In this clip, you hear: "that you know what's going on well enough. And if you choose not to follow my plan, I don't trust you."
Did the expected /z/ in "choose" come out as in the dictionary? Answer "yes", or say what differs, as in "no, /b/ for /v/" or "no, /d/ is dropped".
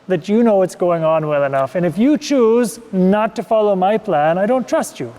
yes